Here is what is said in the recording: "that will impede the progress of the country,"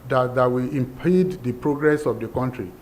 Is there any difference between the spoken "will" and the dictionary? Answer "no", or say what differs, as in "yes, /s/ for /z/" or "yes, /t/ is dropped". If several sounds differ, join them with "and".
yes, /w/ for /l/